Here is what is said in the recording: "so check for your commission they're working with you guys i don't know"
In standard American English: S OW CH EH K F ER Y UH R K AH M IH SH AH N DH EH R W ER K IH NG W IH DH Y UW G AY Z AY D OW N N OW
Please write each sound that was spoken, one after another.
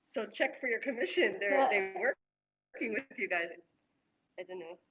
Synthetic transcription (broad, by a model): S OW CH EH K F ER Y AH R K AH M IH SH AH N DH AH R W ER K IH NG W IH DH Y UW G AY Z AY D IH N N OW